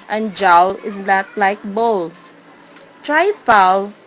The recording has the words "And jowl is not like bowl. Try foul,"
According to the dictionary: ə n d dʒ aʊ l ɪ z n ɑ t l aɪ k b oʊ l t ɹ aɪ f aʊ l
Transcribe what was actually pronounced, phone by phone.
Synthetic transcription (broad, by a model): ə n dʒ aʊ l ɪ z l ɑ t l aɪ k b oʊ l t ɹ aɪ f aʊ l